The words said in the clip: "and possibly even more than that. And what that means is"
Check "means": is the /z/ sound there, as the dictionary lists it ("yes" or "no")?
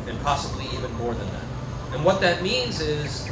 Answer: yes